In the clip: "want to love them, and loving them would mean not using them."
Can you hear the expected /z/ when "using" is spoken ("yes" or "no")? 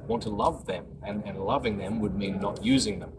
yes